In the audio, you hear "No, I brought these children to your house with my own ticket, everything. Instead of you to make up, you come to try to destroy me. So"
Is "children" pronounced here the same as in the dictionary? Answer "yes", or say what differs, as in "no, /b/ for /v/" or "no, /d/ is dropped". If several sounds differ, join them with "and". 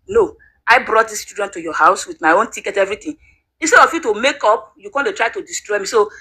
no, /l/ is dropped and /ɹ/ is dropped